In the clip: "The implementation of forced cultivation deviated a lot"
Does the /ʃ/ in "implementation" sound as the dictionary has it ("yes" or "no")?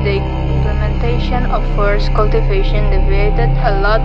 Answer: yes